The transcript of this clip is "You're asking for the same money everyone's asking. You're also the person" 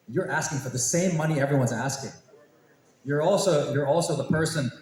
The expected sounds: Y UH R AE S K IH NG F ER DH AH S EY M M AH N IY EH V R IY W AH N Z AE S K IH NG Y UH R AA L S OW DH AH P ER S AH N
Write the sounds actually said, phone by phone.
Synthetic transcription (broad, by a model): Y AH R AE S K IH NG F ER DH AH S EY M M AH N IY EH V R IY W AH N Z AE S K IH NG Y UH R AA L S OW DH AH P ER S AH N